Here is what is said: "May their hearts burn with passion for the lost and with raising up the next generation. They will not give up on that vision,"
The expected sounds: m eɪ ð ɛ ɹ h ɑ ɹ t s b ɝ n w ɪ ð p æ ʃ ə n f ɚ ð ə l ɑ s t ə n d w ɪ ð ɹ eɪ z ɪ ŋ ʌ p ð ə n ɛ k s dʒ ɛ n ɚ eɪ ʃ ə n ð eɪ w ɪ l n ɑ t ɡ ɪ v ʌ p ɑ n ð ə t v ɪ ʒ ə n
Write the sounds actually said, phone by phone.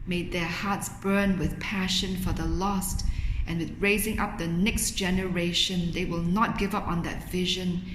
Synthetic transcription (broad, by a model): m eɪ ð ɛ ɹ h ɑ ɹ t s b ɝ n w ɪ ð p æ ʃ ə n f ɚ ð ə l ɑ s t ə n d w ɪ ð ɹ eɪ z ɪ ŋ ʌ p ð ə n ɛ k s dʒ ɛ n ɚ eɪ ʃ ə n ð eɪ w ɪ l n ɑ t ɡ ɪ v ʌ p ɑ n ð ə t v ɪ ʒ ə n